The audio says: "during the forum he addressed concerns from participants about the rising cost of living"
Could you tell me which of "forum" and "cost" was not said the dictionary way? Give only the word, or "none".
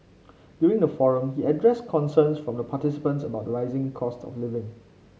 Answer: none